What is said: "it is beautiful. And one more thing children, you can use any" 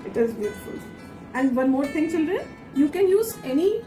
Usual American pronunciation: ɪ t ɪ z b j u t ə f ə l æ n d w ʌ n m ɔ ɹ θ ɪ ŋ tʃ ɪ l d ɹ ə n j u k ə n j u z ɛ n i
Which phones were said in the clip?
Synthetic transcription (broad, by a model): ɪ t ɪ z b j u t ə f ə l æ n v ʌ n m ɔ ɹ t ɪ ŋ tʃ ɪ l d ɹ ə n j u k ə n j u z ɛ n i